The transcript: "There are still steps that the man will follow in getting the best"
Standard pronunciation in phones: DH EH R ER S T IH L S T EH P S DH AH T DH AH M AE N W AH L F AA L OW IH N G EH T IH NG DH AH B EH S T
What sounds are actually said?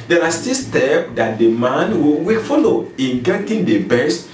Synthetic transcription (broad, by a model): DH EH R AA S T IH S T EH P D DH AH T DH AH M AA N W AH W F AA L OW IH N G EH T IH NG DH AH B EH S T